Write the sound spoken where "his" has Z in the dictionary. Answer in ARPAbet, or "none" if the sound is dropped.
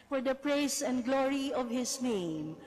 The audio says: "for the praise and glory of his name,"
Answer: S